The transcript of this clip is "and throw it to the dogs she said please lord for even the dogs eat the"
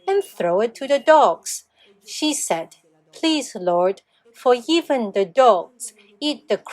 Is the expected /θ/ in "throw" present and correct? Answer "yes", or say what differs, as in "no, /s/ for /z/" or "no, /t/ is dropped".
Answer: yes